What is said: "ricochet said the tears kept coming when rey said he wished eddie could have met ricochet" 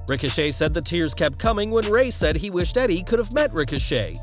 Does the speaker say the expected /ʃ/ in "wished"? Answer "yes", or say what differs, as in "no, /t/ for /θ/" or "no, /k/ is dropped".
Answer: yes